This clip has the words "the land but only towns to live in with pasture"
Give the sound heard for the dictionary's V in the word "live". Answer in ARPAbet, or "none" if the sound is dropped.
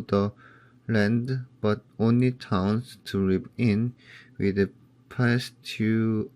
P